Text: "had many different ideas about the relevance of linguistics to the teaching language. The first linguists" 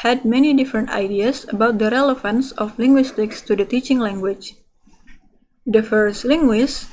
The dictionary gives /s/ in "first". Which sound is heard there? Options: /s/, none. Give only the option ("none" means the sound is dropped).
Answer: /s/